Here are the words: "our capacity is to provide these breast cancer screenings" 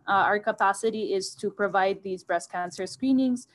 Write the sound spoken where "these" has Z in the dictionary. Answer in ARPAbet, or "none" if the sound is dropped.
Z